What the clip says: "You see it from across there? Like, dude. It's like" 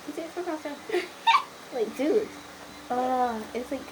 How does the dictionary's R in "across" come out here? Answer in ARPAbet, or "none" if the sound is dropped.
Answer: none